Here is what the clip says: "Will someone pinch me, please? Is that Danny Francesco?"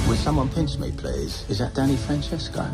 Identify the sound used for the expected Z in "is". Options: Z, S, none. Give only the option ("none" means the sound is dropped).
Z